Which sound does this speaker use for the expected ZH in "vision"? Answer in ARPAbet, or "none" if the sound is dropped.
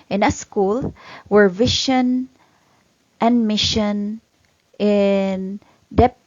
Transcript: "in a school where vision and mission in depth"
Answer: SH